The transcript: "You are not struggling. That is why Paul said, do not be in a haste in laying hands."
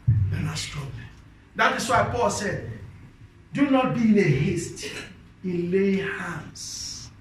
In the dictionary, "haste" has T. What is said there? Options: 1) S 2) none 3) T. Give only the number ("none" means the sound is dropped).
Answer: 3